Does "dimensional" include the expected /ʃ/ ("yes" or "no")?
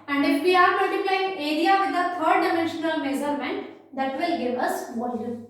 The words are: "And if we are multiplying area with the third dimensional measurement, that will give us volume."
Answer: yes